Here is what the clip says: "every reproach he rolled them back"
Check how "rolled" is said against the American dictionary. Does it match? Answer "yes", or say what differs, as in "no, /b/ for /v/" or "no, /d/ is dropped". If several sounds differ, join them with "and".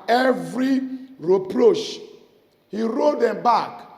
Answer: no, /l/ is dropped